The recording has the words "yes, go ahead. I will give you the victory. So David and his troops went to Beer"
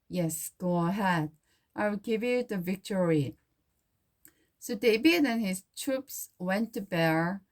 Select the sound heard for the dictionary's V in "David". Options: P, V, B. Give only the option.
B